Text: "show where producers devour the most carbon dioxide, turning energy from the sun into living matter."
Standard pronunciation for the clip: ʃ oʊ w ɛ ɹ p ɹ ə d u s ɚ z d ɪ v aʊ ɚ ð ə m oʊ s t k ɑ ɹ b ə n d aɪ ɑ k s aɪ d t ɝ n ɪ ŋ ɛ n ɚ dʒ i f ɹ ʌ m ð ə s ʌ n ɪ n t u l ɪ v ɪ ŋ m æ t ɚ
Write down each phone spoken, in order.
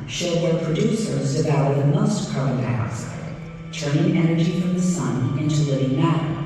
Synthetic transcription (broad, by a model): ʃ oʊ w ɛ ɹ p ɹ ə d u s ɚ z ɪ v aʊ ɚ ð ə m oʊ s t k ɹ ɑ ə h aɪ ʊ s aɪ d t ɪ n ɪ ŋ ɛ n ɚ dʒ i f ɹ ʌ m ð ə s ʌ n ɪ n t u l ɪ v ɪ ŋ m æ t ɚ